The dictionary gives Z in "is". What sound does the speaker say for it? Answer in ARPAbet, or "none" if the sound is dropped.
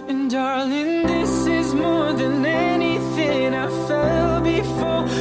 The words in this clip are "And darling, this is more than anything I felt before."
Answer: Z